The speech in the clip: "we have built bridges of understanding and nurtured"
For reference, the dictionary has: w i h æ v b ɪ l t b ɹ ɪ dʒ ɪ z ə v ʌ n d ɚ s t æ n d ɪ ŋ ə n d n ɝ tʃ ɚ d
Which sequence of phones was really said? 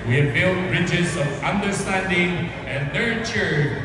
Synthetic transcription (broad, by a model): w i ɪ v b ɪ l t b ɹ ɪ dʒ ɪ z ə v ʌ n d ɚ s t æ n d ɪ ŋ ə n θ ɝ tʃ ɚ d